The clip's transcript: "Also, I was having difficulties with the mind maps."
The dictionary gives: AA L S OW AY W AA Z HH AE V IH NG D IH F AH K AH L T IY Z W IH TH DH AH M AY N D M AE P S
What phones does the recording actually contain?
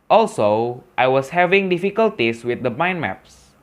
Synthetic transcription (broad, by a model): AA L S OW AY W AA S HH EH V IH NG D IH F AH K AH L T IY S W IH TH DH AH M AY N M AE P S